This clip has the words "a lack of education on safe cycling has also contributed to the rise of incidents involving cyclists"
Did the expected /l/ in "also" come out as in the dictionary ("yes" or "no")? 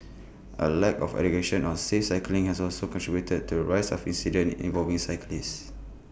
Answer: yes